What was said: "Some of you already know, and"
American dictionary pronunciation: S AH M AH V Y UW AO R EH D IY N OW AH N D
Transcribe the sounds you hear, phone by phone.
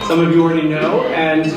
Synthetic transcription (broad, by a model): S AH M AH V Y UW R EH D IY N OW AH N